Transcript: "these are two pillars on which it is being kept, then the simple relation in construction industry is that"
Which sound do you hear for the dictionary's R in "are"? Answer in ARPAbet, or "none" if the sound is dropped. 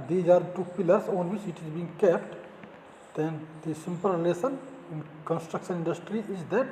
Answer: R